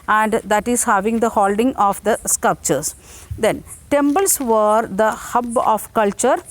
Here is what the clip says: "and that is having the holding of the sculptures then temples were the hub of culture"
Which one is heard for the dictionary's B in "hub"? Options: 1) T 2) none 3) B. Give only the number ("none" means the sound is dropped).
3